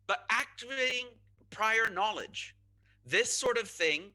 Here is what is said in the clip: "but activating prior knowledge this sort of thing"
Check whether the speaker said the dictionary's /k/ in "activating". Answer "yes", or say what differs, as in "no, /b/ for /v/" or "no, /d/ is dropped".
yes